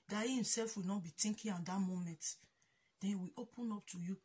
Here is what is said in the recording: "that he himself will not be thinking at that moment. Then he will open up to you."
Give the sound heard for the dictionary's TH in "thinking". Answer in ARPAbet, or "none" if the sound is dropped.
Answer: T